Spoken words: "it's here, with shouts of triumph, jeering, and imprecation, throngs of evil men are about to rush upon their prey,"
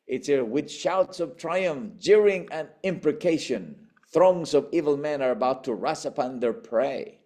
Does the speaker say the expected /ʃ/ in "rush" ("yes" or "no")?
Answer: no